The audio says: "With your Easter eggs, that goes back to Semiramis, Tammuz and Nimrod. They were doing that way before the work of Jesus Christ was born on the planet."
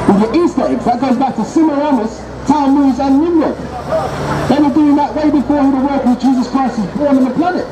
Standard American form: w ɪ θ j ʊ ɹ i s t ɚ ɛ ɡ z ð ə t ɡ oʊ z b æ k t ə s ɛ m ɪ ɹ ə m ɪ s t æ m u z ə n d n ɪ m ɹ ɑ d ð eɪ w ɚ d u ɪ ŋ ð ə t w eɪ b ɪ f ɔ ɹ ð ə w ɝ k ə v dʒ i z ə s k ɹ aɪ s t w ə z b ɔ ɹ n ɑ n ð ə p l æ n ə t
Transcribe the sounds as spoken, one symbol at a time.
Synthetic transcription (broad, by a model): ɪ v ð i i s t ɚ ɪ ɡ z ð ə t ɡ oʊ z b æ k t ə s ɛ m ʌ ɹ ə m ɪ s t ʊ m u z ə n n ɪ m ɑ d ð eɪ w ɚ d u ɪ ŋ ð ə t w eɪ b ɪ f ɔ ɹ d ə w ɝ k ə dʒ i z ə s k ɹ aɪ s t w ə z b ɔ ɹ n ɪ n ð ə p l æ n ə t